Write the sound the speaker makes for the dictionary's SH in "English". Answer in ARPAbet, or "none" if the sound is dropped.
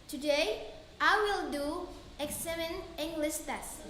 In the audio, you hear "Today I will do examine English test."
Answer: S